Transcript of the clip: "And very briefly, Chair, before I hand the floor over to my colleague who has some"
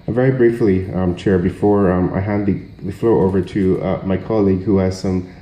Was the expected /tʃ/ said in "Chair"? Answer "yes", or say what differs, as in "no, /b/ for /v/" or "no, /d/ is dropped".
yes